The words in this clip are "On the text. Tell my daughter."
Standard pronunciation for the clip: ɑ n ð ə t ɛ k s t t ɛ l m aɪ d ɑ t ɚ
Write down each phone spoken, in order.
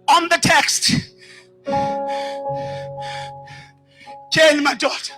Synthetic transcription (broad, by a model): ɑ n ð ə t ɛ k s t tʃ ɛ n m aɪ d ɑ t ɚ